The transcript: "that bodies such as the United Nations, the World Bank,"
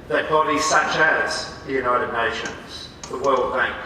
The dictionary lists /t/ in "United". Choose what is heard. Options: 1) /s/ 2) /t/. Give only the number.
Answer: 2